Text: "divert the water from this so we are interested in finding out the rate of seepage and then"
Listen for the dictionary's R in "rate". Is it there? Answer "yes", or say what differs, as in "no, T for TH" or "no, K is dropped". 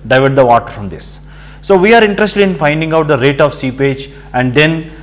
yes